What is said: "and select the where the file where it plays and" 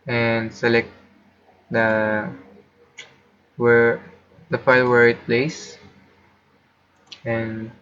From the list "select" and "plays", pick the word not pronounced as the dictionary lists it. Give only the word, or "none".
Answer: plays